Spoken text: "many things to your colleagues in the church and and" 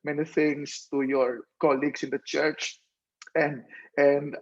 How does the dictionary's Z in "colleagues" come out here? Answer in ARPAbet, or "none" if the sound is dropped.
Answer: S